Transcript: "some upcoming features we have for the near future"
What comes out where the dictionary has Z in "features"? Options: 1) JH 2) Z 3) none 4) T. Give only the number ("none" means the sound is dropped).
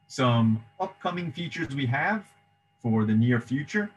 2